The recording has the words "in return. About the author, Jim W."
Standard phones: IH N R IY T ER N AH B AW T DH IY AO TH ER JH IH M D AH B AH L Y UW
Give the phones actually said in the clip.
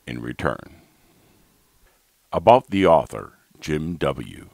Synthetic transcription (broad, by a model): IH N R IY T ER N AH B AW T DH IY AO TH ER JH IH M D AH B L Y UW